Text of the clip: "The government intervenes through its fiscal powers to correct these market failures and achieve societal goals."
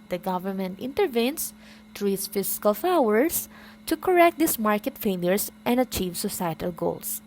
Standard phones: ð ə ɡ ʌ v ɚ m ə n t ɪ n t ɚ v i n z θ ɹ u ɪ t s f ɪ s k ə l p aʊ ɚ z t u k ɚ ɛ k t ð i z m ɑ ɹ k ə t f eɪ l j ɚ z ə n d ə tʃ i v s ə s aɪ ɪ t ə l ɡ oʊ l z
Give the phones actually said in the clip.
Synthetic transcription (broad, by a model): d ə ɡ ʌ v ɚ m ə n t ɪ n t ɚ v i n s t ɹ ɪ t s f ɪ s k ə l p aʊ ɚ s t u k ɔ ɛ k t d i s m ɑ ɹ k ə t f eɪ l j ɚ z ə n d ə tʃ i v s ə s aɪ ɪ t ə l ɡ oʊ l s